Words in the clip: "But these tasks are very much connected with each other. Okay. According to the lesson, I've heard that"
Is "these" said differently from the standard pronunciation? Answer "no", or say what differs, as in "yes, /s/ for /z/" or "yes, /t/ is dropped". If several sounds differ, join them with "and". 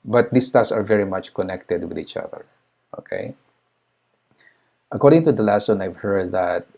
yes, /s/ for /z/